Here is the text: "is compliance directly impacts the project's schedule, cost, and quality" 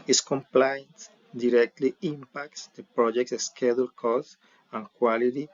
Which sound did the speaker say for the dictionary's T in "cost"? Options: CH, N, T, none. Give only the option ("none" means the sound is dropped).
none